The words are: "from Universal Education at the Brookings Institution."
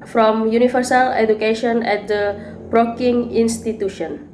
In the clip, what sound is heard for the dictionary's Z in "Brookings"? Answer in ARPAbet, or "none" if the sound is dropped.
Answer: none